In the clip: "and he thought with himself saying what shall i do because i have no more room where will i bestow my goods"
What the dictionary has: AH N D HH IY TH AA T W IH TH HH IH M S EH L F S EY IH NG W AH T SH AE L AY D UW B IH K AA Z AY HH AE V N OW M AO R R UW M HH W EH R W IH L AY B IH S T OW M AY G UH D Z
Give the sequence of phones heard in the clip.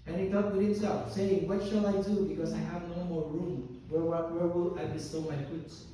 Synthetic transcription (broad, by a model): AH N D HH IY T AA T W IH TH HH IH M S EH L F S EY IH NG W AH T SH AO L AY D UW B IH K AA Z AY HH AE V N OW M AO R R UW M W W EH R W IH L AY B IH S T OW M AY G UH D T